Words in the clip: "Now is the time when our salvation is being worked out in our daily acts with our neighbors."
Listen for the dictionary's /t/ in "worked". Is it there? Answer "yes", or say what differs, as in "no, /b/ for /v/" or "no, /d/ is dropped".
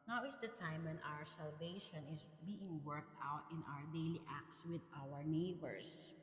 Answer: yes